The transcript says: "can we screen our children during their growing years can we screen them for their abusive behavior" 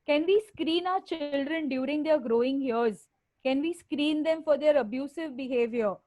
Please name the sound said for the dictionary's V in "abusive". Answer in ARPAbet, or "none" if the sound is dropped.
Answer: V